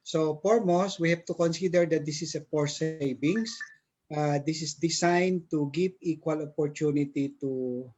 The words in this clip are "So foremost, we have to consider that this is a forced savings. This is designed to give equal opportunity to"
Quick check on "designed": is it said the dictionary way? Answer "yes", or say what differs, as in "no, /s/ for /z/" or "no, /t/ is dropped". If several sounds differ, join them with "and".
no, /s/ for /z/